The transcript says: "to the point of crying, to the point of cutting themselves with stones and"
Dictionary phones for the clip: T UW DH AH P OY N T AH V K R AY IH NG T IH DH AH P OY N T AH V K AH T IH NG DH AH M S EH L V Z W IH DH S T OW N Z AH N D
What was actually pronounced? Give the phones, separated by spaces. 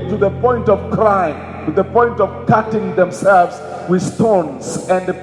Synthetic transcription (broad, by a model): T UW DH AH P OY N T AH V K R AY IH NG T IH DH AH P OY N T AH V K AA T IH NG DH AH M S EH L V Z W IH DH S T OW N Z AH N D